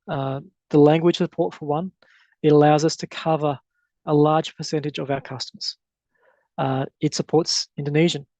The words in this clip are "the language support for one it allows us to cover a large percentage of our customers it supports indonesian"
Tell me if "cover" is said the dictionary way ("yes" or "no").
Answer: yes